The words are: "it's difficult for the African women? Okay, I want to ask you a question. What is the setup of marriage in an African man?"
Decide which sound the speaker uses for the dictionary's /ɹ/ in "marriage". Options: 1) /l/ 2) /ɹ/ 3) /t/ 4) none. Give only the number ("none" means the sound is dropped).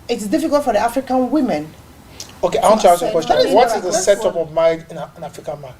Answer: 4